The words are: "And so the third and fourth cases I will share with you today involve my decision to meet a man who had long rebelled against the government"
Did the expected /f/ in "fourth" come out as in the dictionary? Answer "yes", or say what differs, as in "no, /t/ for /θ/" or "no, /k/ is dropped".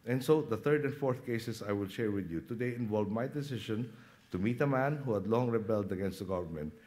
yes